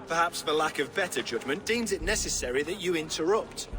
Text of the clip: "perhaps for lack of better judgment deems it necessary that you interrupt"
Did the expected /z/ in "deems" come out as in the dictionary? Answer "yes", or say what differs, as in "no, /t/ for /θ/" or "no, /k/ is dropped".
yes